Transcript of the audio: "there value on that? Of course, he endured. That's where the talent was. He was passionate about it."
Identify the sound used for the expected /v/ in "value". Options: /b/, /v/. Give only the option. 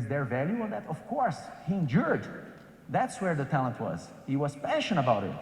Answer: /v/